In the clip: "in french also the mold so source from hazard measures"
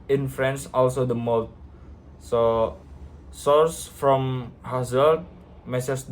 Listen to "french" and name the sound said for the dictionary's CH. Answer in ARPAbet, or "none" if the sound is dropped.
S